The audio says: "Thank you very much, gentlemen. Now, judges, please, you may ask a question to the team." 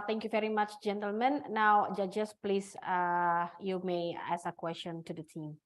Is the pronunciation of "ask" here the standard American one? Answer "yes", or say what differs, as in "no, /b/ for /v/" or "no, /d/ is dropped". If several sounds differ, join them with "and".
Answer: no, /k/ is dropped